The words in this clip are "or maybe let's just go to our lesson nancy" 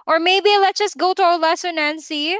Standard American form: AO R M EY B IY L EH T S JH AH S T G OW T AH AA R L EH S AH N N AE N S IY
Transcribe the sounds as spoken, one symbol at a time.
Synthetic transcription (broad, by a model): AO R M EY B IY L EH T JH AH S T G OW T AH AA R L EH S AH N N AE N S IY